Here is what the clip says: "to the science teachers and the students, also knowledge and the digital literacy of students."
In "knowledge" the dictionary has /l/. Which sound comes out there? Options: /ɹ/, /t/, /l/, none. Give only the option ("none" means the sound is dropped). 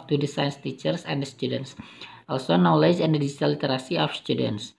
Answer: /l/